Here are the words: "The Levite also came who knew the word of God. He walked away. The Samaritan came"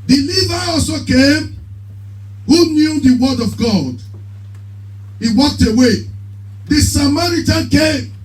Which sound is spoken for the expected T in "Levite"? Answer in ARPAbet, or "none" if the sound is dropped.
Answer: none